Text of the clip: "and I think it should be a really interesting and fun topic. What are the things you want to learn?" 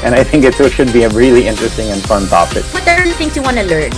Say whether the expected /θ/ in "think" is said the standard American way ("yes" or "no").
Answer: yes